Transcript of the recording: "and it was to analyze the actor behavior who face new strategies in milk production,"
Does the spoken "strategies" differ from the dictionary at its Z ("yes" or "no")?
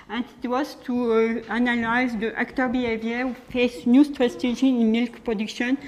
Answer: yes